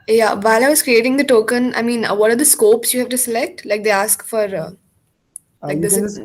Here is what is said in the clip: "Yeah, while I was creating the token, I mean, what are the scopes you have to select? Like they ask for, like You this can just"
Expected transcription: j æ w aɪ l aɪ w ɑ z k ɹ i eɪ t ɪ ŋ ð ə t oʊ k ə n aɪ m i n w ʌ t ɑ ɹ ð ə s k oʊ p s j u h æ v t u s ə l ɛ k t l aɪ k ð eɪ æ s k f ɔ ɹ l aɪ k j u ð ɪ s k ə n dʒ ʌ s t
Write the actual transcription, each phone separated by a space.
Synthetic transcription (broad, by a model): j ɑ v aɪ l aɪ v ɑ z k ɹ i eɪ t ɪ ŋ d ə t oʊ k ə n aɪ m i n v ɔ t ɑ ɹ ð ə s k oʊ p s j u h æ v t u s ə l ɛ k t l aɪ k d eɪ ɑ s k f ɔ ɹ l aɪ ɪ k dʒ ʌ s